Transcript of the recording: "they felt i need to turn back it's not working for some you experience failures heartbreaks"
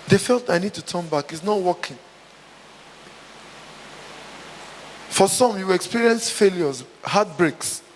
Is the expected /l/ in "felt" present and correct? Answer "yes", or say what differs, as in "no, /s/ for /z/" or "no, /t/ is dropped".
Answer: yes